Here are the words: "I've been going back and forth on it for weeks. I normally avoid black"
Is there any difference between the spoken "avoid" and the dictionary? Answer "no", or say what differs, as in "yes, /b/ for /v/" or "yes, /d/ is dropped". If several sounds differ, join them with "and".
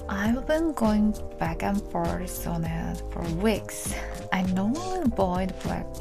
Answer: yes, /b/ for /v/